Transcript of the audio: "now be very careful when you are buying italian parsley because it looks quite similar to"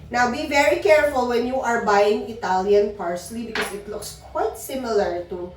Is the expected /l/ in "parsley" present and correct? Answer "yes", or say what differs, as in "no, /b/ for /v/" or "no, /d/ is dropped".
yes